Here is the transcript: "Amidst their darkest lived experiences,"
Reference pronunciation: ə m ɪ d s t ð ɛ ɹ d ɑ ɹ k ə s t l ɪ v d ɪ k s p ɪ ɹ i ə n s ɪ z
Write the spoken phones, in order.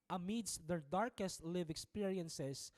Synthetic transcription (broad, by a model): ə m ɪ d s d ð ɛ ɹ d ɑ ɹ k ə s t l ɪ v ɪ k s p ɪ ɹ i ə n s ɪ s